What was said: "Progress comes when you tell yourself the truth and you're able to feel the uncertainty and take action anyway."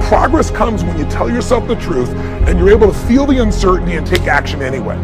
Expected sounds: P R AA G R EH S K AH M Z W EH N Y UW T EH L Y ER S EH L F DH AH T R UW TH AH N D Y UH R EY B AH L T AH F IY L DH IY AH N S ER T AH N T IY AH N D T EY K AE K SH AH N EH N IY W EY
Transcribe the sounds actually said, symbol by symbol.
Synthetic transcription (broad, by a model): P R AA G R EH S K AH M Z W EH N Y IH T EH L Y ER S EH L F DH AH T R UW TH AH N Y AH R EY B L T AH F IY L DH IY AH N S ER T N T IY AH N T EY K AE K SH AH N EH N IY W EY